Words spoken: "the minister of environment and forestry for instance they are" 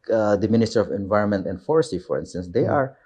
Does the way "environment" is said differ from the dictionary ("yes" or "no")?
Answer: no